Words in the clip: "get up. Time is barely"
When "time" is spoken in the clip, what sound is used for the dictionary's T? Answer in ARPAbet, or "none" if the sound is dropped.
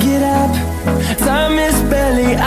S